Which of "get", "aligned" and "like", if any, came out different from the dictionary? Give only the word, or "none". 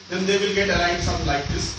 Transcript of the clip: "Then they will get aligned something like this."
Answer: aligned